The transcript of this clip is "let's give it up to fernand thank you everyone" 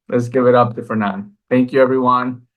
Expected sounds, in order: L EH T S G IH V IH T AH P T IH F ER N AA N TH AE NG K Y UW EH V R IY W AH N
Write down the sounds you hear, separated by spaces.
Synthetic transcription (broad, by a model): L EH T S G IH V IH T AH P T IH F ER N AA N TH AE NG K Y UW EH V R IY W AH N